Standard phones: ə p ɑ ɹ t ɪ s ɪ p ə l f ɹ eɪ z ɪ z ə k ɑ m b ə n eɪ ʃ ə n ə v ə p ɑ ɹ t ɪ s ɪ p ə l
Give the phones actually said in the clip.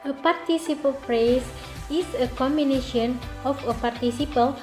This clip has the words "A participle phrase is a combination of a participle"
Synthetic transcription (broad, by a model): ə p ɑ ɹ t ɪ s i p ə l p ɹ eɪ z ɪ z ə k ɑ m b ə n eɪ ʃ ə n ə f ə p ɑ ɹ t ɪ s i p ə l